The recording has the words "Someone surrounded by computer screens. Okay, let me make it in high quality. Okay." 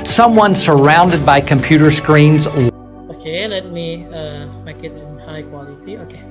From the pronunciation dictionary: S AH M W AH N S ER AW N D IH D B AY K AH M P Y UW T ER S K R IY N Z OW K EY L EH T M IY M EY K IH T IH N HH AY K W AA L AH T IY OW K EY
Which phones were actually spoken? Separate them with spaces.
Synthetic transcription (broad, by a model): S AH M W AH N S ER AW N D IH D B AY K AH M P Y UW T ER S K R IY N Z OW K EY L EH T M IY M EY K IH T IH N HH AY K W AA L AH T IY OW K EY